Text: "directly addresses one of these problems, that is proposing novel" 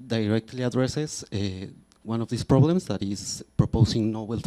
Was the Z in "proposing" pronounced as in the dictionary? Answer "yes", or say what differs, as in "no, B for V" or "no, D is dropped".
no, S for Z